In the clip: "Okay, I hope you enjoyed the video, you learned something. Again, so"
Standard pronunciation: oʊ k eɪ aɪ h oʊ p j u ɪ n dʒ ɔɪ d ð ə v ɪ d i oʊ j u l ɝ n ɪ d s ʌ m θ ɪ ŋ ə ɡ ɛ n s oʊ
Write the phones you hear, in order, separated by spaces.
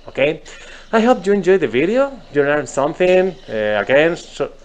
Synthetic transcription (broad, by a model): oʊ k eɪ aɪ h oʊ p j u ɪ n dʒ ɔɪ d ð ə v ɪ d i oʊ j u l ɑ ɪ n s ʌ m θ ɪ ŋ ə ɡ ɛ n s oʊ